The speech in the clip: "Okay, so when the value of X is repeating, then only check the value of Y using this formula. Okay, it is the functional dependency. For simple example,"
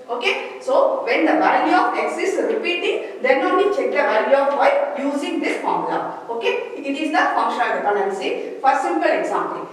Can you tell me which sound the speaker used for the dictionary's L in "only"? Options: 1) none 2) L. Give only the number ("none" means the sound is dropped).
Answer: 1